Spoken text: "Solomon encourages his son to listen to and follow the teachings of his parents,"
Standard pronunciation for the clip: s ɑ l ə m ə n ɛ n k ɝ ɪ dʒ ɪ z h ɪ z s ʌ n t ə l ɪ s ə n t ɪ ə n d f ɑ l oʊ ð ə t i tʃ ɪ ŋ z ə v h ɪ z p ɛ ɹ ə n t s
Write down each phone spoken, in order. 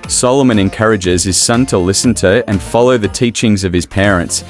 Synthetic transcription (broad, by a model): s ɑ l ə m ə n ɛ n k ɝ ɪ dʒ ɪ z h ɪ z s ʌ n t ə l ɪ s n t ɪ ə n f ɑ l oʊ ð ə t i tʃ ɪ ŋ z ə v ɪ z p ɛ ɹ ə n t s